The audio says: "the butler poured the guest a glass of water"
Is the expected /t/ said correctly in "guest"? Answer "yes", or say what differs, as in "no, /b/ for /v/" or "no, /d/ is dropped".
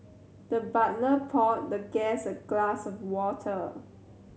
no, /t/ is dropped